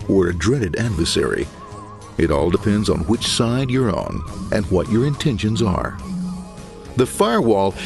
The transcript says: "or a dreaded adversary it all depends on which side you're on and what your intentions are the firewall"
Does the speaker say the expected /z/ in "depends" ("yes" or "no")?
yes